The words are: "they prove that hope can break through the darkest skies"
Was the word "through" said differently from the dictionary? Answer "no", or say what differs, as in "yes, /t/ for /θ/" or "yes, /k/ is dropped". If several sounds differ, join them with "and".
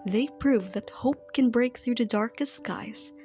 no